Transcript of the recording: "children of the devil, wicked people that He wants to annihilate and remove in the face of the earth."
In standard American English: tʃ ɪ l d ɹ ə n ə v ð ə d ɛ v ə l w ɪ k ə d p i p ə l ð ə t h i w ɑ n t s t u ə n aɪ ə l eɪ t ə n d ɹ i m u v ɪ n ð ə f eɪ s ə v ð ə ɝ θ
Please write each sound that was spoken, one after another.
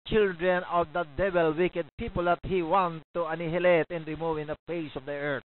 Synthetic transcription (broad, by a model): tʃ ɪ l d ɹ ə n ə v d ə d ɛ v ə l w ɪ k ə d p i p ə l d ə t h i w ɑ n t t u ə n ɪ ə l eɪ t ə n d ɹ i m u v ɪ n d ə p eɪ s ə v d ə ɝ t